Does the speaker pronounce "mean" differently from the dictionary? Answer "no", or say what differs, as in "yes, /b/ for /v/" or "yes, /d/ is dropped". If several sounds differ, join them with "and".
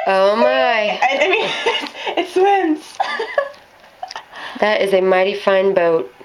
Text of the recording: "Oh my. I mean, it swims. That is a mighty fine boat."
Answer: yes, /n/ is dropped